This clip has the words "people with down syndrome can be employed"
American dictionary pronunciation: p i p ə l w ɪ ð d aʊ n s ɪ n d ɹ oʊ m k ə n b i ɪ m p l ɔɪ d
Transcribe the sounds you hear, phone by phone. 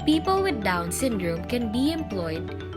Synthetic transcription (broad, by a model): p i p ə l w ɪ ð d aʊ n s ɪ n d ɹ oʊ m k ə n b i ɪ m p l ɔɪ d